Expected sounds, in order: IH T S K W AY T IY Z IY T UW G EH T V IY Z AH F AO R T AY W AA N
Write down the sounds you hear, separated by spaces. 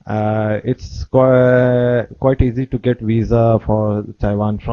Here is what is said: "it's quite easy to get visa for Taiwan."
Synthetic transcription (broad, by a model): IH T S K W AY T IY Z IY T UW G EH T V IY Z AH F AO R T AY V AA N